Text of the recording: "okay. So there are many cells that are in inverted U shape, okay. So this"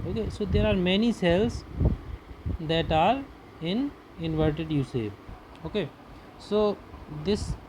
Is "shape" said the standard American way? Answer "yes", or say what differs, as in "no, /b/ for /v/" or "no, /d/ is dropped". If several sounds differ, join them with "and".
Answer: no, /s/ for /ʃ/ and /p/ is dropped